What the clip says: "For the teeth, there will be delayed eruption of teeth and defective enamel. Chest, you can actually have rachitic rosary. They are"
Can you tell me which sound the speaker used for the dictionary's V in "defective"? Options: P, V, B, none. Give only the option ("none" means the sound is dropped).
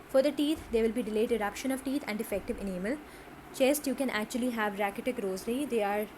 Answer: V